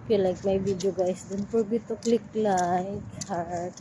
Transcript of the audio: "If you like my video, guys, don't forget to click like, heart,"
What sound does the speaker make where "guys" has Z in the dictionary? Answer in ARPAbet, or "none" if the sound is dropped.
S